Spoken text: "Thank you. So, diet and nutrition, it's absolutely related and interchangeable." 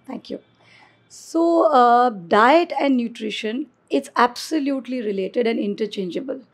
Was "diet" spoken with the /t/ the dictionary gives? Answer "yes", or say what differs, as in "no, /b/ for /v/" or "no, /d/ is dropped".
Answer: yes